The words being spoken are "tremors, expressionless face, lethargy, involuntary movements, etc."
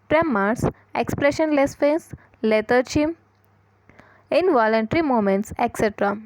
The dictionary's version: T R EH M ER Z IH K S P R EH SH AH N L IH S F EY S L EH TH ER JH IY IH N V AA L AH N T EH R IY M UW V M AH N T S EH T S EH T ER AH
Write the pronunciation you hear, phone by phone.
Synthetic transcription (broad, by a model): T R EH M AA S IH K S P R EH SH AH N L IH S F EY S L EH T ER CH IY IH N V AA L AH N T R IY M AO M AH N T S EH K S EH T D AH